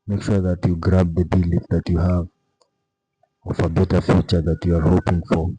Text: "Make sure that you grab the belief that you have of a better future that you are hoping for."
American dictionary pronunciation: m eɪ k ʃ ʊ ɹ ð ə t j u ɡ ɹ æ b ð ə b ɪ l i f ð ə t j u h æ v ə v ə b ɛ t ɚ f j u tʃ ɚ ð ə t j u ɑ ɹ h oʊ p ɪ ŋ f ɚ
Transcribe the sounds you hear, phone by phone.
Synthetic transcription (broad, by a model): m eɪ k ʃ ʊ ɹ ð ə t j u ɡ ɹ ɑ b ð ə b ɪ l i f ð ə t j u h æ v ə f ə b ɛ t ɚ f j u tʃ ɚ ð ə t j u ɑ ɹ h oʊ p ɪ ŋ f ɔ